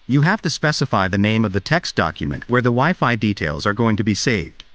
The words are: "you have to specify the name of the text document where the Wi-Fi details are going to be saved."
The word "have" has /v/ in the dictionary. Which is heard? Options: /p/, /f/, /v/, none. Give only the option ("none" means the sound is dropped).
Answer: /f/